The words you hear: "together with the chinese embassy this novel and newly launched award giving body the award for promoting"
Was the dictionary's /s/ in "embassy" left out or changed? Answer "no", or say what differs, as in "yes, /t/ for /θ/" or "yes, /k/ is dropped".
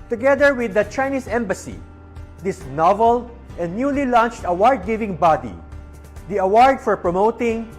no